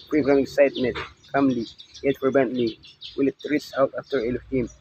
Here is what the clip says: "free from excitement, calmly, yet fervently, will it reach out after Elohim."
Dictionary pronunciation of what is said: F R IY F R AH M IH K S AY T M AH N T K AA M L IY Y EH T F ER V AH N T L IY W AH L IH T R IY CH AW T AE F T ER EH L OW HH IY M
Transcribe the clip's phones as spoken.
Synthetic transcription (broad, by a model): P R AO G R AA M IH K S AY T M AH N T K AA M L IY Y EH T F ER B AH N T L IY W AH L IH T R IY S AW T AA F T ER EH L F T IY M